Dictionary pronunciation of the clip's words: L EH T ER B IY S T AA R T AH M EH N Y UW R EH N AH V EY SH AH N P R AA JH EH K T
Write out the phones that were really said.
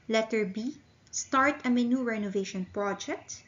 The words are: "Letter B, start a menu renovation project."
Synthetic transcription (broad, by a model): L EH T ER B IY S T AA R T AH M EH N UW R EH N AH V EY SH AH N P R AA JH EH K T